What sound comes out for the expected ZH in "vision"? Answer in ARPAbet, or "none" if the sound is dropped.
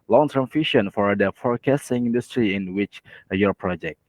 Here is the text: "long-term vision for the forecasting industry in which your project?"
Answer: SH